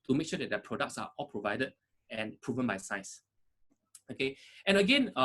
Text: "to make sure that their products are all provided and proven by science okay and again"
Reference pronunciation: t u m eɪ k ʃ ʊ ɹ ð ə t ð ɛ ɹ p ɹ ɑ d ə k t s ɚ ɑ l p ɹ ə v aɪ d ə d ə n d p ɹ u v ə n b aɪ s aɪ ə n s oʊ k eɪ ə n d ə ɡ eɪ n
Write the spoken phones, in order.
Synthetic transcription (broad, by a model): t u m eɪ k ʃ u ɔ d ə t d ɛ p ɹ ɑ d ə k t s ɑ ɑ l p ɹ ə v aɪ d ə d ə n p ɹ u v ə n b aɪ s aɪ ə s oʊ k eɪ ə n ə ɡ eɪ n